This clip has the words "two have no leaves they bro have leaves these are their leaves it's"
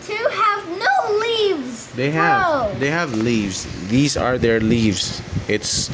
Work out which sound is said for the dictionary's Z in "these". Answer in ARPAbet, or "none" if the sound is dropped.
Z